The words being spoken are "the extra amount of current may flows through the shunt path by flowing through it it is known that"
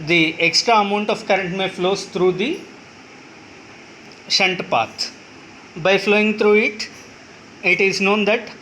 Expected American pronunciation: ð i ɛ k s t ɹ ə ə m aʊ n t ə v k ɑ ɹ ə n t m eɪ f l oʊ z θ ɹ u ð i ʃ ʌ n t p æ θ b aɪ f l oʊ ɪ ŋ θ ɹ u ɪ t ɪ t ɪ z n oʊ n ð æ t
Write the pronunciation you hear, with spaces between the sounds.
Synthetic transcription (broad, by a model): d i ɛ k s t ɹ ə ə m aʊ n t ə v k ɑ ɹ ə n t m eɪ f l oʊ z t ɹ u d i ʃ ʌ n t p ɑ t b aɪ f l oʊ ɪ ŋ t ɹ u ɪ t ɪ t ɪ z n oʊ n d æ t